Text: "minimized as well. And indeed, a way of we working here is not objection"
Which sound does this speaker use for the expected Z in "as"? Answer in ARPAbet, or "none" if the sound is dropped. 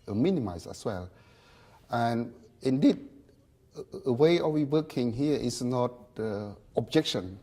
S